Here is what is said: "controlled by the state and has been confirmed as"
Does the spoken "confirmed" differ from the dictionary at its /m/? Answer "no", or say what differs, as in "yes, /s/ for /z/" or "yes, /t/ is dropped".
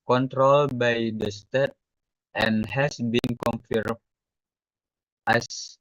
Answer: yes, /m/ is dropped